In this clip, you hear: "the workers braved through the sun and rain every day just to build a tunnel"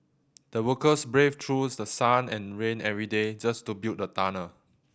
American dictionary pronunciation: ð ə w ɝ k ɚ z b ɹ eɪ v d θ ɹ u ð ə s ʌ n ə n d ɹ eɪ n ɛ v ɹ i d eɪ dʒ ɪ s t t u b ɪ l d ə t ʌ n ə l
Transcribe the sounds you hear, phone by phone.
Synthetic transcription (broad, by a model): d ə w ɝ k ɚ s b ɹ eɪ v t ɹ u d ə s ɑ n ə n ɹ eɪ n ɛ v ɹ i d eɪ dʒ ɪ s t t u b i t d ə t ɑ n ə